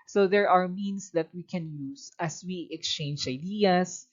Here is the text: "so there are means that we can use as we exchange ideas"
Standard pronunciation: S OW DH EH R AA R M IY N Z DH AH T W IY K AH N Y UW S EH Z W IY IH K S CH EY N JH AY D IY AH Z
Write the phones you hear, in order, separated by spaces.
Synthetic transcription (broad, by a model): S OW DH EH R AA R M IY N S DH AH T W IY K AH N Y UW S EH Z W IY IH K S CH EY N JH AY D IY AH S